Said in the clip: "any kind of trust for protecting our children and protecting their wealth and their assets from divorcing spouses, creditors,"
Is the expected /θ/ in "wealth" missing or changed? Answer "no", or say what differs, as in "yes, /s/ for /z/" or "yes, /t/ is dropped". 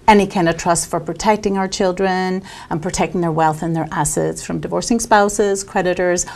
no